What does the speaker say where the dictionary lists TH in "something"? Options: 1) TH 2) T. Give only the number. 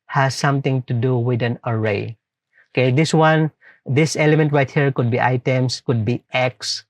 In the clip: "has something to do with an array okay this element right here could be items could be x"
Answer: 2